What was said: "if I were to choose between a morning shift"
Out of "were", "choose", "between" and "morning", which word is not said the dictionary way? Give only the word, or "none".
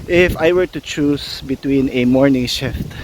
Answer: choose